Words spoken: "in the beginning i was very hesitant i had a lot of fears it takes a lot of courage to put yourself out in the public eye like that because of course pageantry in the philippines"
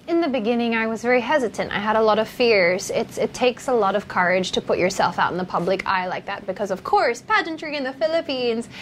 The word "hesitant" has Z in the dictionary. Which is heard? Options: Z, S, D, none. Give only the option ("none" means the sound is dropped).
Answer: Z